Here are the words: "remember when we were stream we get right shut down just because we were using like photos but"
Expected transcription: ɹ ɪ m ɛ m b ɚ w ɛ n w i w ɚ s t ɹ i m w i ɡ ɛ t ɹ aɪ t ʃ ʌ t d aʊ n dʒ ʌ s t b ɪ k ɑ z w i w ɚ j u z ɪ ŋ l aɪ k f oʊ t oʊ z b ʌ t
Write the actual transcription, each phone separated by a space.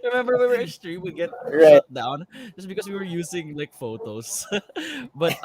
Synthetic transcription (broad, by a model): ɹ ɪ m ɛ m b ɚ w w i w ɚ s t ɹ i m w i ɡ ɛ t ɹ aɪ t t d aʊ n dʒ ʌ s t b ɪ k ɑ s w i w ɚ j u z ɪ ŋ l aɪ k f oʊ t oʊ s b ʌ t